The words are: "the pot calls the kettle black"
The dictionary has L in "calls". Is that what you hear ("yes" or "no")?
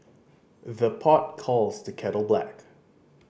yes